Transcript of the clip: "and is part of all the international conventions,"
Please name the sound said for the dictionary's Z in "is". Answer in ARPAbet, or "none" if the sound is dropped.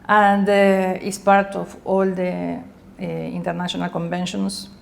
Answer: S